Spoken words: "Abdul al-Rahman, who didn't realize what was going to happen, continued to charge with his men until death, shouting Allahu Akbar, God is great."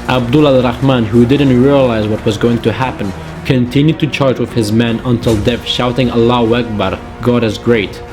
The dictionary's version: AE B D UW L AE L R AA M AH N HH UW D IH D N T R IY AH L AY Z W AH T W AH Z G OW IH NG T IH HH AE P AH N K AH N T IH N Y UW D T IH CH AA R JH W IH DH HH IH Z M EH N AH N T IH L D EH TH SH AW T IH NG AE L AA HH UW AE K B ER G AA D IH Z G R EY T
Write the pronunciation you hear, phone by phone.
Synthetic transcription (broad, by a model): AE B D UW L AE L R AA M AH N HH UW D IH D N T R IY AH L AY Z W AH T W AH Z G OW IH NG T IH HH AE P AH N K AH N T IH N Y UW D T IH CH AA R JH W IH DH HH IH Z M EH N AH N T IH L D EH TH SH AW T IH NG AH L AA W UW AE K B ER G AA D IH Z G R EY T